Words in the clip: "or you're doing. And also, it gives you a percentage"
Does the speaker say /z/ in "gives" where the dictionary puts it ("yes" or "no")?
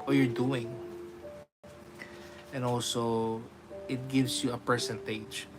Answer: no